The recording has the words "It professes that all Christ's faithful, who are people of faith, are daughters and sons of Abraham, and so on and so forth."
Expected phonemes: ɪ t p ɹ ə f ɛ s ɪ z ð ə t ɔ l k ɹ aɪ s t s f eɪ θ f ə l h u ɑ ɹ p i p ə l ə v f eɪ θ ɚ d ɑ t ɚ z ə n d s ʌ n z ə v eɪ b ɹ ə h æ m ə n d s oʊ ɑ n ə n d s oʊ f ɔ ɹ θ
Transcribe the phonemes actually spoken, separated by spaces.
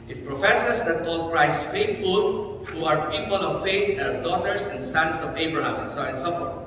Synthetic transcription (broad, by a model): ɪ t p ɹ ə f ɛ s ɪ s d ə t ɔ l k ɹ aɪ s s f eɪ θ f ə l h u ɑ ɹ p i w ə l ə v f eɪ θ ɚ d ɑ t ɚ s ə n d s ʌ n s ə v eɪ b ɹ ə h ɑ m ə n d s oʊ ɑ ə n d s oʊ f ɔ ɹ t